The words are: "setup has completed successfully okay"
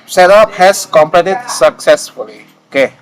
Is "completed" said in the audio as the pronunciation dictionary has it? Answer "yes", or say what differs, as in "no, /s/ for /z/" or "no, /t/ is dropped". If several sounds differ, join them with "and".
no, /l/ is dropped